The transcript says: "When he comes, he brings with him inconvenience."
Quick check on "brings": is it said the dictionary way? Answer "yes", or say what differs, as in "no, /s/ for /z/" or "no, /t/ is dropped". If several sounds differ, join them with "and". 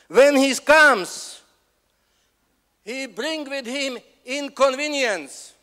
no, /z/ is dropped